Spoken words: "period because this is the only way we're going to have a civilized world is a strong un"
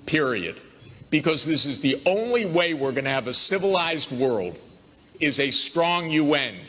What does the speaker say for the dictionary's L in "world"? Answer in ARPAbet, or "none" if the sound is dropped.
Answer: L